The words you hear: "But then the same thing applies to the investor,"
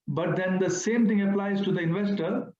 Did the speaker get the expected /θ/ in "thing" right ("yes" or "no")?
no